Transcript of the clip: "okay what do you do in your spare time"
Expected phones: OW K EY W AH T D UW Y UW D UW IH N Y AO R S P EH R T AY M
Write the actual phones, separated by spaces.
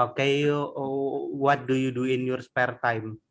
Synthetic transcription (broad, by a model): OW K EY W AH T D UW Y UW D UW IH N Y AO R S P EH R T AY M